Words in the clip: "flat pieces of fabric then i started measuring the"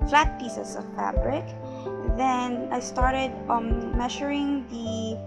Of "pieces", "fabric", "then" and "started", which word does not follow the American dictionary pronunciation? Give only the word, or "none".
pieces